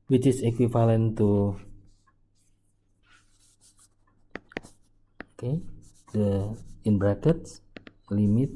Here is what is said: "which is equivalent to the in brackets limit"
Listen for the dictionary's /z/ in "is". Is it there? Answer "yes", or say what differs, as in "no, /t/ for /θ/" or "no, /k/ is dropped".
no, /s/ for /z/